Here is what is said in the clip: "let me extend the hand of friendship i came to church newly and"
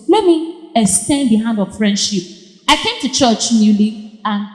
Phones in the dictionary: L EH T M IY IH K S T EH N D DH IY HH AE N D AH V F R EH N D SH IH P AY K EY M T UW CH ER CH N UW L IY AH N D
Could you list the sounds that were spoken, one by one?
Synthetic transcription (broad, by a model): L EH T M IY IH S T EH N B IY HH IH N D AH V F R EH N D SH IH P AY K EY M T UW CH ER CH N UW L IY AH N